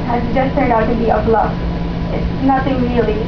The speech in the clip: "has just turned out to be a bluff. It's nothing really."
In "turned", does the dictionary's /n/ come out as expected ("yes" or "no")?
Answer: no